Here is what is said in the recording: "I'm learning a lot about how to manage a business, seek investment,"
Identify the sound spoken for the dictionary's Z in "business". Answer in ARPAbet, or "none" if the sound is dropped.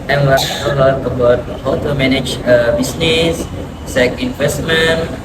S